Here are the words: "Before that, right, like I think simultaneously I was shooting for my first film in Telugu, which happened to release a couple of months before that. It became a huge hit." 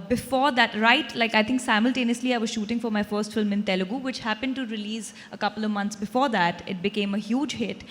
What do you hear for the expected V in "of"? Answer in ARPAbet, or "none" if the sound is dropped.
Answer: V